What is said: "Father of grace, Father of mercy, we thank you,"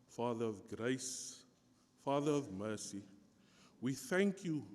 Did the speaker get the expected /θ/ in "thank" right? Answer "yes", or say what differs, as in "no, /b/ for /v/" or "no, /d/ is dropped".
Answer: yes